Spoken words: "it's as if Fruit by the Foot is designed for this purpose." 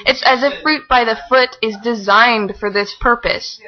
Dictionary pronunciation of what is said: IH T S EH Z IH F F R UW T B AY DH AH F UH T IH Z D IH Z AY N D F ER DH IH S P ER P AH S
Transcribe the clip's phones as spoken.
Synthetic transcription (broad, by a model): IH T S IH Z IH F F R UW T B AY DH AH F UH T IH Z D IH Z AY N D F ER DH IH S P ER P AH S